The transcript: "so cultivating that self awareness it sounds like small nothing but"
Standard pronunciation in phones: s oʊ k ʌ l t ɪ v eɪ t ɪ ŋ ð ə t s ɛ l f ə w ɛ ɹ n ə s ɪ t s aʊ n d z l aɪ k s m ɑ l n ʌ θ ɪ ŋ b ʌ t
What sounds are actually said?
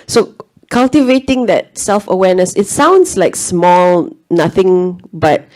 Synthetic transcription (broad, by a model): s oʊ k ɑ l t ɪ v eɪ t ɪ ŋ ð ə t s ɛ l f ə w ɛ n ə s ɪ t s aʊ n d s l aɪ k s m ɑ l n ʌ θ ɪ ŋ b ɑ t